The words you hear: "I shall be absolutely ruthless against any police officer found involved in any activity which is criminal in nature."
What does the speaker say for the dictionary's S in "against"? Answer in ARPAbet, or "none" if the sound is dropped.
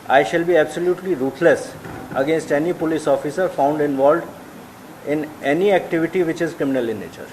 S